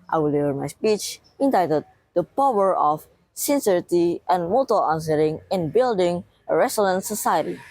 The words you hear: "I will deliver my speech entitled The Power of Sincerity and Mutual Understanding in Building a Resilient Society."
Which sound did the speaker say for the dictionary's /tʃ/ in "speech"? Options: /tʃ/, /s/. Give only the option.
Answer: /tʃ/